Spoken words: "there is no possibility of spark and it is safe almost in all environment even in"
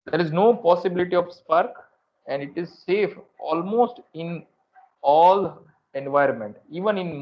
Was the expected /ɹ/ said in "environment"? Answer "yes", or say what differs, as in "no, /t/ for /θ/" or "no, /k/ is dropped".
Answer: yes